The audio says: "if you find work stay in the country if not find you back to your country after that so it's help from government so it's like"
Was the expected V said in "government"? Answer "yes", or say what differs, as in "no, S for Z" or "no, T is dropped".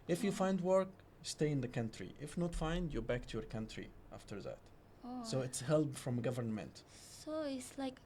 yes